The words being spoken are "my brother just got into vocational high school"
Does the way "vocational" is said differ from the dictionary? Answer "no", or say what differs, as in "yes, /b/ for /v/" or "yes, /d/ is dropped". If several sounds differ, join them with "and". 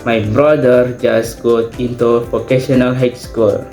yes, /p/ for /v/